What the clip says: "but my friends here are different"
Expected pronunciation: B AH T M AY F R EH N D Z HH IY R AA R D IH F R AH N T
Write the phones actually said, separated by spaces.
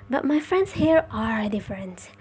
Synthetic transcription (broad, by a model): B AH T M AY F R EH N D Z HH IY R AA R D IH F R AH N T